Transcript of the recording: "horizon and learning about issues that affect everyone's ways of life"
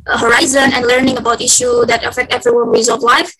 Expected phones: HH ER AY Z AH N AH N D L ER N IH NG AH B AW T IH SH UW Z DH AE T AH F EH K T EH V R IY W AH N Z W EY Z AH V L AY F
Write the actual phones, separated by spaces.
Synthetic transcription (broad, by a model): HH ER AY Z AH N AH N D L ER N IH NG AH B AW T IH SH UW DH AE T AH F EH K T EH V R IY W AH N W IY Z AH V L AY F